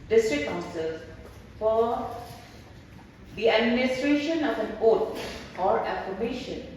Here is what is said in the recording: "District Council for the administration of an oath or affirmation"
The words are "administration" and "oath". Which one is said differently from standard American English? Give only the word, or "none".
oath